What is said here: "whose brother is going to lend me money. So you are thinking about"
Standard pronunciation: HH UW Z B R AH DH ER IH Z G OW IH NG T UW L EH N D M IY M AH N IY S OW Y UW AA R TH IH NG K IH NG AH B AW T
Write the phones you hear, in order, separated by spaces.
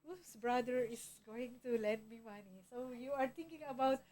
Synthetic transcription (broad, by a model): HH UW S B R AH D ER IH S G OW IH NG T UW L EH N D M IY M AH N IY S OW Y UW AA R T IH NG K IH NG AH B AW T